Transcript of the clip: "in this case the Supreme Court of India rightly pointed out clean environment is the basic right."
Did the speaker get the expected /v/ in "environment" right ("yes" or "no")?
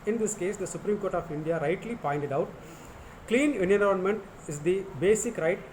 no